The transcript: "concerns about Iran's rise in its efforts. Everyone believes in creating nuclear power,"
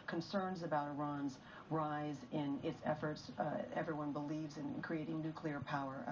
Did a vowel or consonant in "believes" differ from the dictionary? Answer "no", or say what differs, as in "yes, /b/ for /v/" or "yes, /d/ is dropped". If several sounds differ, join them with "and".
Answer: no